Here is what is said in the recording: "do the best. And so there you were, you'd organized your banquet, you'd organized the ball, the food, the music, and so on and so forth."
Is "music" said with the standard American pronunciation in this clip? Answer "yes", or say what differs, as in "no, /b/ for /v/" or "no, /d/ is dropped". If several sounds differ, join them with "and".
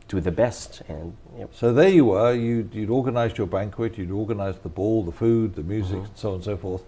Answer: yes